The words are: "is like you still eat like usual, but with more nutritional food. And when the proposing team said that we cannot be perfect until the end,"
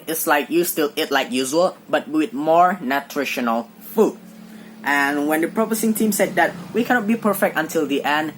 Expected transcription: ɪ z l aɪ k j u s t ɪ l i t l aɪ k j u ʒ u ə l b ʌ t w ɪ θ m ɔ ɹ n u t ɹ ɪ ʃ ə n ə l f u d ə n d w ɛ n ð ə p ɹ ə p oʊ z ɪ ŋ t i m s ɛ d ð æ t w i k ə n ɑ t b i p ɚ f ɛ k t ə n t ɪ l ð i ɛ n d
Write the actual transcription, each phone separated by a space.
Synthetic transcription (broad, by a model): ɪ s l aɪ k j u s t ɪ l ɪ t l aɪ k j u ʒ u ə l b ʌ t w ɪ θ m ɔ ɹ n u t ɹ ɪ ʃ ə n ə l f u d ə n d w ɛ n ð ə p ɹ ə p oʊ s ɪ ŋ t i m s ɛ d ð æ t w i k ə n ɑ t b i p ɚ f ɛ k t ə n t ɪ l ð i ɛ n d